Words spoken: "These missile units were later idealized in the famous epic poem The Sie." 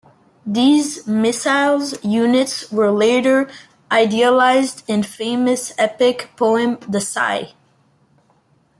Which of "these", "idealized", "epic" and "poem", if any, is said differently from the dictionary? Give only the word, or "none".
none